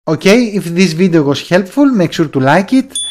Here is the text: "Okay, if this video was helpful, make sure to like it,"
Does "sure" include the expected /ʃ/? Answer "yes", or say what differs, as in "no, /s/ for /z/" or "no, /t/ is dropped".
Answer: no, /s/ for /ʃ/